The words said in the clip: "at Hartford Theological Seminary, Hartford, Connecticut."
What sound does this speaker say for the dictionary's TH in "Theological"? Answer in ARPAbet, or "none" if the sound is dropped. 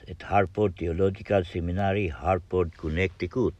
T